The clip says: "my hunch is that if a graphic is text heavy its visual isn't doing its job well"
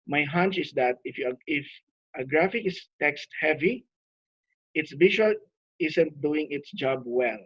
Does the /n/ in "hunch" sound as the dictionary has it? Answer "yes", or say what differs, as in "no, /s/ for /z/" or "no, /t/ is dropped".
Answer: yes